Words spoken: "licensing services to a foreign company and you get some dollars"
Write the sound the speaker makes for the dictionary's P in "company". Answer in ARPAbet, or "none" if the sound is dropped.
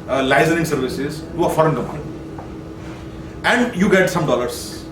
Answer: none